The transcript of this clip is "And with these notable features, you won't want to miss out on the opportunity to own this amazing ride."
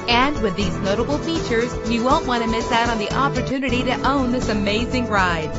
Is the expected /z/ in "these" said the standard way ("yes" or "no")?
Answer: yes